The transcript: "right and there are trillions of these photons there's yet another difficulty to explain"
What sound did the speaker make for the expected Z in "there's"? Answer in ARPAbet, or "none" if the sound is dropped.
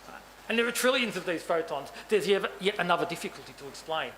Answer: none